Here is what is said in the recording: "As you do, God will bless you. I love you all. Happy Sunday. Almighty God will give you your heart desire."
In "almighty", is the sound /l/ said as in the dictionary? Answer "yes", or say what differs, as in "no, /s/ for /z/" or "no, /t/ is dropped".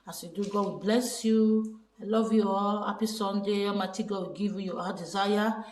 no, /l/ is dropped